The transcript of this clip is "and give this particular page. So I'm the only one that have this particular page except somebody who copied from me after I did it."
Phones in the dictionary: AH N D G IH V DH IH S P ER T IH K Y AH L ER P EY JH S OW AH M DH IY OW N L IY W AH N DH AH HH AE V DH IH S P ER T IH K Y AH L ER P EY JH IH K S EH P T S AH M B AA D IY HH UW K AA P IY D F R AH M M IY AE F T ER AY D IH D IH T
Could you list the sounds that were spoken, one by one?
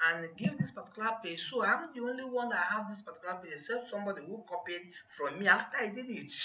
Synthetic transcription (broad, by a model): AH N G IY V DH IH S P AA T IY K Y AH L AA P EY S OW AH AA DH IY OW N L IY W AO N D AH HH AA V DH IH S P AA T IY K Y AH L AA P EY IH S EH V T S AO M B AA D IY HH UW K AA P IY D F R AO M M IY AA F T AY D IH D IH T